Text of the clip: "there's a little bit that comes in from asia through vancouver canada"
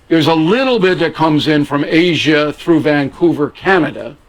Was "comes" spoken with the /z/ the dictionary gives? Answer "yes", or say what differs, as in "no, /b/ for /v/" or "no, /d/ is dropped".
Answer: yes